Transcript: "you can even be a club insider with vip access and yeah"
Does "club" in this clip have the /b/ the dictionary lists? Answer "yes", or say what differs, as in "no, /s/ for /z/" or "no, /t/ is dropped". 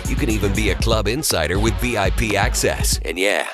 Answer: yes